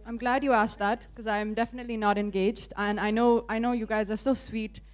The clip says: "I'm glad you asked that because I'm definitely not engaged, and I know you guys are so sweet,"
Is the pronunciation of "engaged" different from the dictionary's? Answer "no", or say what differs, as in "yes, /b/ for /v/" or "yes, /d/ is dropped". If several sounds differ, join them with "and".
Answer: no